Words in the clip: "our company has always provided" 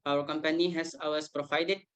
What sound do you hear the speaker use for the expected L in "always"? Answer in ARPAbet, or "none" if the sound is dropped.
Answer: none